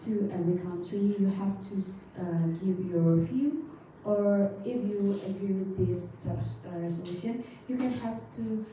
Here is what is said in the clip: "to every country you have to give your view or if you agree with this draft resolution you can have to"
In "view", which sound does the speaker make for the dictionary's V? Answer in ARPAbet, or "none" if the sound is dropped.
F